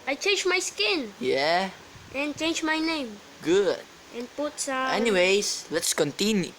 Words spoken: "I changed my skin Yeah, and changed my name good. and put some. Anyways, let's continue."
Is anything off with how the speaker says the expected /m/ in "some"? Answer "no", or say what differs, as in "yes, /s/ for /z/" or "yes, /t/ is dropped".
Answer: yes, /m/ is dropped